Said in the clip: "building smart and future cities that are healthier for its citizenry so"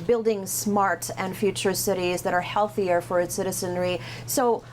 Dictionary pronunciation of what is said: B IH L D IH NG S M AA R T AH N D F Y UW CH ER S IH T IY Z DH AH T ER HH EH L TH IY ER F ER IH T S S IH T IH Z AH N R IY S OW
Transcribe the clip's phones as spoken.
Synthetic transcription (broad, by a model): B IH L D IH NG S M AA R T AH N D F Y UW CH ER S IH T IY Z DH AH T ER HH EH L TH IY ER F ER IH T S S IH T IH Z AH N R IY S OW